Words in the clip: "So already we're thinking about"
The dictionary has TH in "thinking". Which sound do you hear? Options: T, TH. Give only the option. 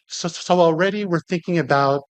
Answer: TH